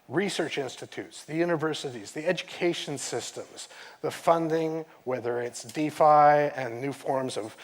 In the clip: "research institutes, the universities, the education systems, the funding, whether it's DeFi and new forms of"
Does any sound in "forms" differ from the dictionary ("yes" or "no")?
no